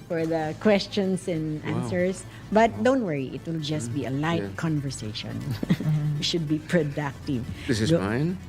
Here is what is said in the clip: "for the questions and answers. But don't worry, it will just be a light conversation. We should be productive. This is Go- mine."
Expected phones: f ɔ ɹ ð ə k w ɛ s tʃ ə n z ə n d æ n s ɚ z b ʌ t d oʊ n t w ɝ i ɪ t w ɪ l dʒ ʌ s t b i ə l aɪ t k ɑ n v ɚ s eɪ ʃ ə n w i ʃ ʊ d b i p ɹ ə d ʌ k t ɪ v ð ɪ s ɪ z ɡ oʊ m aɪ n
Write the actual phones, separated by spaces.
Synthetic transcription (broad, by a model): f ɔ ɹ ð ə k w ɛ s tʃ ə n s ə n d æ n s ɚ s b ʌ t d oʊ n t w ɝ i ɪ t w ɪ l dʒ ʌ s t b i ə l aɪ t k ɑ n v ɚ s eɪ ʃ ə n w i ʃ ʊ d b i p ɹ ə d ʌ k t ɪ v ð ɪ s ɪ z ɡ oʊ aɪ n